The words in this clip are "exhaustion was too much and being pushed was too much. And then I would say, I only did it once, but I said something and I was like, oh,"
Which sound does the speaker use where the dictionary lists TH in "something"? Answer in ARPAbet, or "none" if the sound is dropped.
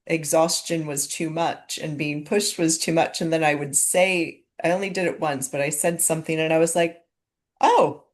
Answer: TH